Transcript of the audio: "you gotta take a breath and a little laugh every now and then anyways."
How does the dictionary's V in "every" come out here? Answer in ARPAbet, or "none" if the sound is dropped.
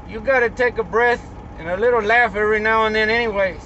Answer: none